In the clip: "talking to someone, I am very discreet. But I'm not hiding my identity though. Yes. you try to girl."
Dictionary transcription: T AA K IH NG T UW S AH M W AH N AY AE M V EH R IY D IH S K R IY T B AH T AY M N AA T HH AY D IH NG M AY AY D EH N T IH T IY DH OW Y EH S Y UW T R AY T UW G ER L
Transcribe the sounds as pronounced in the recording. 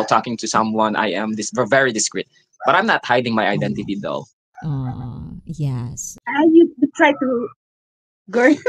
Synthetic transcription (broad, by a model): T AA K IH NG T UW S AH M W AH N AY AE M V EH R IY D IH S K R IY T B AH T AY M N AA T HH AY D IH NG M AY AY D EH N T IH T IY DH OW Y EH S Y UW T R AY T UW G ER